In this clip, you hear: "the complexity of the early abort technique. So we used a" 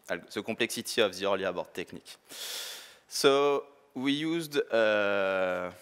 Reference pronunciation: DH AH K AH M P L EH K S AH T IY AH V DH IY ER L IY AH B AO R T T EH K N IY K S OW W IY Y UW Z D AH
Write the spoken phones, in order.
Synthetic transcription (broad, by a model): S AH K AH P L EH K S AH T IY AH V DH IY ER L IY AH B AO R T T EH K N IY K S OW W IY Y UW Z D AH